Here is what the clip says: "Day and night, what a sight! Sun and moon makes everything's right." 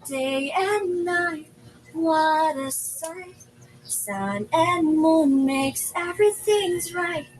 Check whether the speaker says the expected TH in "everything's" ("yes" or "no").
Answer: yes